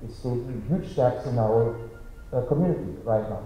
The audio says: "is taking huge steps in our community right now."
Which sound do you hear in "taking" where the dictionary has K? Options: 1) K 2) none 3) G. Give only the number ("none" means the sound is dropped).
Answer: 2